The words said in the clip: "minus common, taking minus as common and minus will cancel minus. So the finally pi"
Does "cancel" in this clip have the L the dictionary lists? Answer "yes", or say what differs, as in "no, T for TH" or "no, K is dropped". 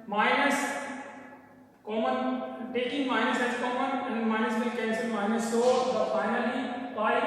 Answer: no, N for L